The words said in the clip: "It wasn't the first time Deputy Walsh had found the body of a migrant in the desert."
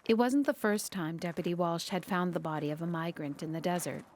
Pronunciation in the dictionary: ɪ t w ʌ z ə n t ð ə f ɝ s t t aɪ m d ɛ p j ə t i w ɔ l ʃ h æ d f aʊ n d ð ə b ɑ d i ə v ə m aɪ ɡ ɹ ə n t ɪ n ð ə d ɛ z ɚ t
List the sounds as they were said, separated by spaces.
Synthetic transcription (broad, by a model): ɪ t w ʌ z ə n ð ə f ɝ s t t aɪ m d ɛ p j ə t i w ɔ l ʃ h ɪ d f aʊ n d ð ə b ɑ d i ə v ə m aɪ ɡ ɹ ə n t ɪ n ð ə d ɛ z ɚ t